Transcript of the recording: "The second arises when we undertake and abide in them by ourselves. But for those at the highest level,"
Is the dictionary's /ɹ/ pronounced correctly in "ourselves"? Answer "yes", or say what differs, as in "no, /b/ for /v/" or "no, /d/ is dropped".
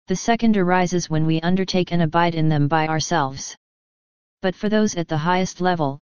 yes